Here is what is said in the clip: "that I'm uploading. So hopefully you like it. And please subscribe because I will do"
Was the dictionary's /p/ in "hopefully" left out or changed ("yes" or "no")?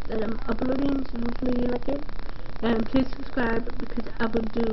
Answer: yes